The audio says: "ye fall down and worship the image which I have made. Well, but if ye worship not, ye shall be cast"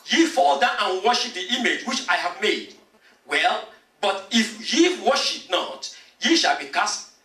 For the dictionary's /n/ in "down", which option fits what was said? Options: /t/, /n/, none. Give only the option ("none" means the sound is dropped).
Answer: none